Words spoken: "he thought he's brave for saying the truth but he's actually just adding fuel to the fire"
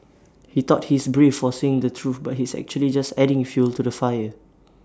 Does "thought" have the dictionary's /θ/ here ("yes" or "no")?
no